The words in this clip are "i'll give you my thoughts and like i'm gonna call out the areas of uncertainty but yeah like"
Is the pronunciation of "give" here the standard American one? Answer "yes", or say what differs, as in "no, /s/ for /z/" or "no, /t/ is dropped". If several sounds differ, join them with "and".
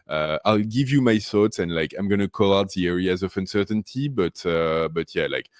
yes